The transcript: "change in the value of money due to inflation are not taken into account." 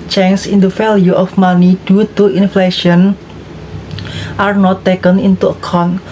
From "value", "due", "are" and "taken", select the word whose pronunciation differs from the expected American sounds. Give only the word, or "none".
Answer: value